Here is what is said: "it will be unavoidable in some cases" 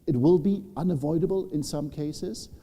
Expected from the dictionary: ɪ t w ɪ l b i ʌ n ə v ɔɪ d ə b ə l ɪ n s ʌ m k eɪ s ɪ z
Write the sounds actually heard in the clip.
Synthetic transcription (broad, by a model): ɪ t w ɪ l b i ʌ n ə v ɔɪ d ə b ə l ɪ n s ʌ m k eɪ s ɪ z